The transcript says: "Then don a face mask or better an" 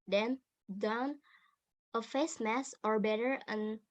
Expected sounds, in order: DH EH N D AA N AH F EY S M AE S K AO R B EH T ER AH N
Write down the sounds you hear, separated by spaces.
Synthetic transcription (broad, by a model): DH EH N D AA N AH F EY S M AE S AO R B EH T ER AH N